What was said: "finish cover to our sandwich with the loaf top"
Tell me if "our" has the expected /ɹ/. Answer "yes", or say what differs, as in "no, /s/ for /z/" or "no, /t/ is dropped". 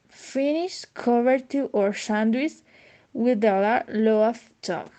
yes